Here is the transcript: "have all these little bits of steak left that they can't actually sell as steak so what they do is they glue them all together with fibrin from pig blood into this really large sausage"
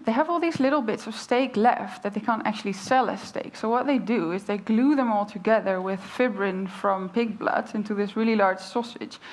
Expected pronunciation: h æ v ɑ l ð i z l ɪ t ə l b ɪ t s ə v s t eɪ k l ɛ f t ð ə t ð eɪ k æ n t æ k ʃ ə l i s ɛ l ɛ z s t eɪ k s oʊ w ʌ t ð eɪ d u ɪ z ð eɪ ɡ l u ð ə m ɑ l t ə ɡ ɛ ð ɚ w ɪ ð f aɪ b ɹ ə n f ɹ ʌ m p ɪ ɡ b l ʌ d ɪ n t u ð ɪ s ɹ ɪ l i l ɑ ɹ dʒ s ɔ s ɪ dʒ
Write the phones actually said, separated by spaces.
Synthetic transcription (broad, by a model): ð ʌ v ɑ l ð i z l ɪ t l b ɪ t s ə v s t eɪ k l ɛ f t ð ə t ð eɪ k æ n t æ k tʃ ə l i s ɛ l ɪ s t eɪ k s oʊ w ʌ t ð eɪ d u ɪ z ð eɪ ɡ l u ð ə m ɑ l t ə ɡ ɛ ð ɚ w ɪ ð f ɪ b ɹ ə n f ɹ ʌ m p ɪ ɡ b l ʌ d ɪ n t u ð ɪ s ɹ ɪ l i l ɑ ɹ dʒ s ɔ s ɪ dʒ